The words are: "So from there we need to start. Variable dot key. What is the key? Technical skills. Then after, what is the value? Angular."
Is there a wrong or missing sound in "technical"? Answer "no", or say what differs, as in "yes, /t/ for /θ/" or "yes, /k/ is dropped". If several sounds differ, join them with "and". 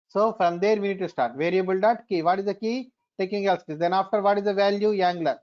yes, /n/ is dropped